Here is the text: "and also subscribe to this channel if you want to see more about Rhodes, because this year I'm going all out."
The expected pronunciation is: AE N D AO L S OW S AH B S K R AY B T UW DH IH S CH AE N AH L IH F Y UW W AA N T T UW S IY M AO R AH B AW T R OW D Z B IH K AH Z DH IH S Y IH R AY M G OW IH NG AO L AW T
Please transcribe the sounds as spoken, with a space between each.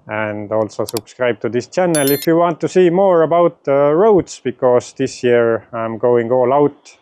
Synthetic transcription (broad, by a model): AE N D AO L S OW S AH B S K R AY B T UW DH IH S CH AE N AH L IH F Y UW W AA N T T UW S IY M AO R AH B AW T R OW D S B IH K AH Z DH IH S Y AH R AY M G OW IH NG AO L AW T